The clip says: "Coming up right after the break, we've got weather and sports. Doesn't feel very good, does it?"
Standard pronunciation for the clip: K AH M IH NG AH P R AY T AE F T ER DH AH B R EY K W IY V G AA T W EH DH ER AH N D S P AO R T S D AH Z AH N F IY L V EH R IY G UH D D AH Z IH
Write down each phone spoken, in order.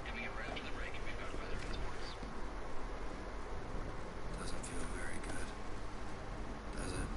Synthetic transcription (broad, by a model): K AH M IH NG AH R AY UH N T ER DH AH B R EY K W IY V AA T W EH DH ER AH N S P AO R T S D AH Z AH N F IY L V EH R IY G UH D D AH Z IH